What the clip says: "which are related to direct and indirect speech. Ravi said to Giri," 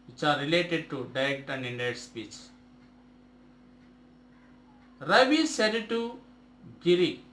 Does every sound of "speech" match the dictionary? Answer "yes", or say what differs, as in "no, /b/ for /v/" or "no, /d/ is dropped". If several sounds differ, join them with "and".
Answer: yes